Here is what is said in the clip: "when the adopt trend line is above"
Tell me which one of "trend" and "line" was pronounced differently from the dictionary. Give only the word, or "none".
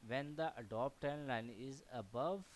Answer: trend